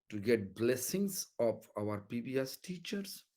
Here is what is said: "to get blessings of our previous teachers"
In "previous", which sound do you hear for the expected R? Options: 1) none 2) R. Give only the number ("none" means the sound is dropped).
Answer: 1